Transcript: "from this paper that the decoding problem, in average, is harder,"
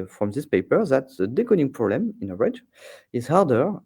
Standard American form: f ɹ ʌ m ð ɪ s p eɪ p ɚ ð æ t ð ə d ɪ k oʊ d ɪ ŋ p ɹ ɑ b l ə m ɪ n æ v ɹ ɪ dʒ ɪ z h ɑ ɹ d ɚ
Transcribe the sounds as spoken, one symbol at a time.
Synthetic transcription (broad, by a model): f ɹ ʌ m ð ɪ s p eɪ p ɚ ð æ t ð ə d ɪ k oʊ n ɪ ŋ p ɹ ɑ b l ə m ɪ n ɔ ɹ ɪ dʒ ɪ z h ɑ ɹ d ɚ